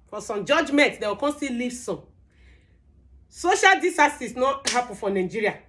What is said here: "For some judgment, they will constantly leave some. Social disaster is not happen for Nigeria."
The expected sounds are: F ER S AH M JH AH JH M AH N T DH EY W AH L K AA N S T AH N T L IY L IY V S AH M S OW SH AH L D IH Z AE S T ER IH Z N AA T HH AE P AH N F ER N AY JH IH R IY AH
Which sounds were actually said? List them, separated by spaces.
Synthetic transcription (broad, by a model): F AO S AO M JH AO JH M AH N T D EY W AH K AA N S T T IY L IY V S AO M S OW SH AH L D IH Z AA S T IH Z N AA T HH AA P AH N F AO N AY JH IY R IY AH